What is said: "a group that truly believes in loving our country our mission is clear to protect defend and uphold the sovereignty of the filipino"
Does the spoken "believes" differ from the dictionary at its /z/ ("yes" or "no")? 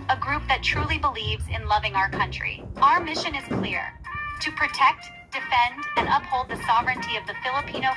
no